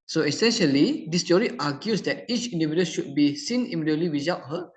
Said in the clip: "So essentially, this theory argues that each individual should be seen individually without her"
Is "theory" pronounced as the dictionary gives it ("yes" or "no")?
no